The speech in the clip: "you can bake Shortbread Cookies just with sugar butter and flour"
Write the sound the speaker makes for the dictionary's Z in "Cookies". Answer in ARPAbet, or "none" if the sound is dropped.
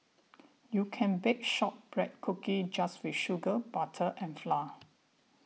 none